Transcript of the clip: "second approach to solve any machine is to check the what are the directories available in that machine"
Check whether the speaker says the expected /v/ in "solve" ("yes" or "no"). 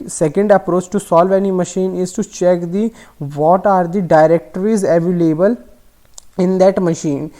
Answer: yes